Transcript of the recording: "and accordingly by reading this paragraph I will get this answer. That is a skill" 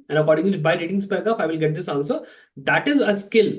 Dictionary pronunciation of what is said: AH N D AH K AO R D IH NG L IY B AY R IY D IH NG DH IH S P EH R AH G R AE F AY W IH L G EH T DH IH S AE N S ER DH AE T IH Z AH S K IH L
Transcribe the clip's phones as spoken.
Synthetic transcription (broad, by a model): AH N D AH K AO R D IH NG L B AY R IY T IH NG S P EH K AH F AY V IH L G EH T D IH S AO L S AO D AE T IH Z AH S K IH L